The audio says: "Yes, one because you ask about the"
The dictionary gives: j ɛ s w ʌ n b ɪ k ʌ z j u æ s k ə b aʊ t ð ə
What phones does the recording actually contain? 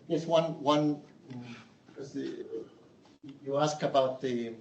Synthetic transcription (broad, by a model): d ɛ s w ʌ n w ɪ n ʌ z j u æ s k ə b aʊ t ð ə